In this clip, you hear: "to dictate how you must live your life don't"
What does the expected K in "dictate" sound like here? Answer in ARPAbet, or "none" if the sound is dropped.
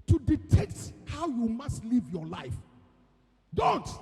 none